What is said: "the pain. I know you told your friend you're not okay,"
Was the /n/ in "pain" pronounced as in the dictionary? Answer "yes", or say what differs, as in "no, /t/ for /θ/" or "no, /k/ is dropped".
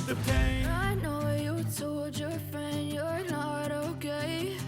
no, /n/ is dropped